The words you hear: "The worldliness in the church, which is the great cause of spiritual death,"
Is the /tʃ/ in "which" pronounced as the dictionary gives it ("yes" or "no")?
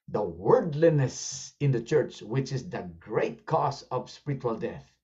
yes